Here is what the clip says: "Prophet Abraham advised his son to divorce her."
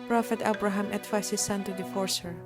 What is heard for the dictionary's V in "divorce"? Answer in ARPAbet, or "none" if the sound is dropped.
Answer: F